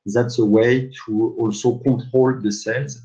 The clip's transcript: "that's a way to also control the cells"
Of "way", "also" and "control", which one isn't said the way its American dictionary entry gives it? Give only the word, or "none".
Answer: control